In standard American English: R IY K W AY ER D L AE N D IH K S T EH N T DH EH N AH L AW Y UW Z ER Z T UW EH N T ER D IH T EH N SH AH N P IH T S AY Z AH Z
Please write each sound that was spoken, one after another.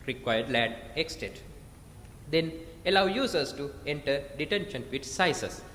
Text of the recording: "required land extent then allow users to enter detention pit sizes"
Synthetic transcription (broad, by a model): R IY K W AY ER D L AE D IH K S T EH T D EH N AH L AW Y UW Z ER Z T UW EH N T ER D IH T EH N SH AH N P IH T S AY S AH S